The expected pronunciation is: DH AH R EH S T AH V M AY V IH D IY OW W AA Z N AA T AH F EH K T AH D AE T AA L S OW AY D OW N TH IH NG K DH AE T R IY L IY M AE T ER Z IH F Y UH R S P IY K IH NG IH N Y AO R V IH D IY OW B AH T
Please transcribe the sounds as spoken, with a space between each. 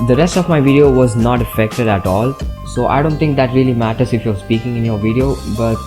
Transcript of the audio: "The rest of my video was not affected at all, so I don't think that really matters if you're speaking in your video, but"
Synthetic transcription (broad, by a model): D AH R EH S T AH V M AY V IH D IY OW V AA Z N AA T AH F EH K T AH D AE T AA L S OW AY D OW N T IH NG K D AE T R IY L IY M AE T ER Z IH F Y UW R S P IY K IH NG IH N Y AO R V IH D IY OW B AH T